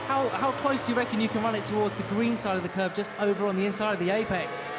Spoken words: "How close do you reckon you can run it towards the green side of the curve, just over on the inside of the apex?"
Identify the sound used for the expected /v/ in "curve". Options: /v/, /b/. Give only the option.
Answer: /b/